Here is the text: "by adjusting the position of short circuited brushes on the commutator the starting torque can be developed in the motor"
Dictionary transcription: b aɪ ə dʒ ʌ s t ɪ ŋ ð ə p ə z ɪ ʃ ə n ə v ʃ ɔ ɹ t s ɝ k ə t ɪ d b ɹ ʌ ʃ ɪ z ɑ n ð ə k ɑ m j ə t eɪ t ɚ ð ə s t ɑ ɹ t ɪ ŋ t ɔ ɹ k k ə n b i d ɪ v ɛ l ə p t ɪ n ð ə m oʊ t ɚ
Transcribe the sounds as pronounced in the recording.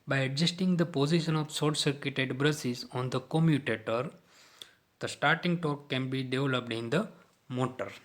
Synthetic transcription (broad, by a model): b aɪ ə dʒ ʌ s t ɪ ŋ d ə p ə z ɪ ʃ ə n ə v s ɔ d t s ɝ k ə t ɪ d b ɹ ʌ s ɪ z ɑ n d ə k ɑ m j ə t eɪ t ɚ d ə s t ɑ ɹ t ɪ ŋ t ɔ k k ə n b i d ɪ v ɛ l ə p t ɪ n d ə m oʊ t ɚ